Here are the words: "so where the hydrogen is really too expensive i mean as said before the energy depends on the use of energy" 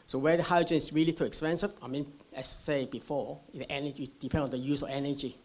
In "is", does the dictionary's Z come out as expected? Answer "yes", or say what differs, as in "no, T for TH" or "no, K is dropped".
no, S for Z